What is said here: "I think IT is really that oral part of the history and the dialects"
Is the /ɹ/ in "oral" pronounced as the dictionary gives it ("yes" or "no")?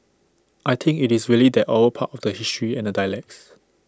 no